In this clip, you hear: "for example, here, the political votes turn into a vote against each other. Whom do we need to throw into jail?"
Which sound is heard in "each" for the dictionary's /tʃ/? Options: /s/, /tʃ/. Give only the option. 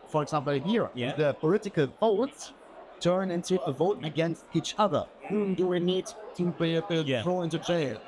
/tʃ/